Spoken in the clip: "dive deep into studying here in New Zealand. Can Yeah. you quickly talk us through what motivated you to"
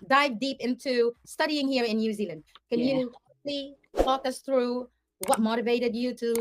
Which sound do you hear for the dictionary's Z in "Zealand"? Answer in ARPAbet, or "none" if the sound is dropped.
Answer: Z